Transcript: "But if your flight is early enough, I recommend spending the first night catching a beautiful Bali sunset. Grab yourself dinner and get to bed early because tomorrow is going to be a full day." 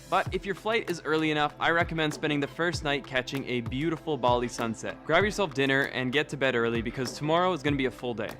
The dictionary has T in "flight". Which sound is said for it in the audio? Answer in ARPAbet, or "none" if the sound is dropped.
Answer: T